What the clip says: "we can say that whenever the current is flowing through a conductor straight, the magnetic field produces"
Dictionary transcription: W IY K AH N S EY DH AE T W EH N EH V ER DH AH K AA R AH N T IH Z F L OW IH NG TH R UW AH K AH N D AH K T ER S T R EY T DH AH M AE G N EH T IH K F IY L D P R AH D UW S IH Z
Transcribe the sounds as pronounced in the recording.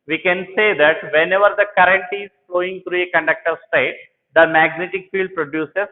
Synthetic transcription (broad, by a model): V IY K AH N S EY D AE T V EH N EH V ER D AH K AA R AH N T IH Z F L OW IH NG T R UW AH K AH N D AH K T ER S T EY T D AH M AE G N EH T IH K F IY L D P R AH D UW S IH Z